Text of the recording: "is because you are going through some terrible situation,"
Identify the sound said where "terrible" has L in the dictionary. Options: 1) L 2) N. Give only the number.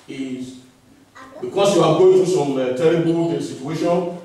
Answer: 2